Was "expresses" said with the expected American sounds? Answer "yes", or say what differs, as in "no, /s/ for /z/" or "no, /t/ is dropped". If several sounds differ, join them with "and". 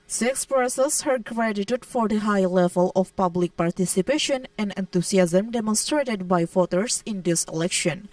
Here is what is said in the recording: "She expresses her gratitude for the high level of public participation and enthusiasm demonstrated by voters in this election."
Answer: no, /ɹ/ is dropped and /s/ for /z/